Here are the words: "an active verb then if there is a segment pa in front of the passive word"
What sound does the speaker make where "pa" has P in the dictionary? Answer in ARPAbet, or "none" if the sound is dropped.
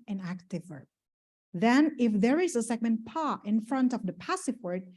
P